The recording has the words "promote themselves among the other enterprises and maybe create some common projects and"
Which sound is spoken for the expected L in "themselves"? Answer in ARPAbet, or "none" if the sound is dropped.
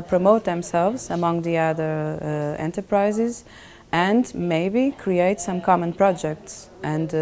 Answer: L